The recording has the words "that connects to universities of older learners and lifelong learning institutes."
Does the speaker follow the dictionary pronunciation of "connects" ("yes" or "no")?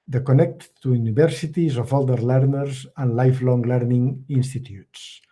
no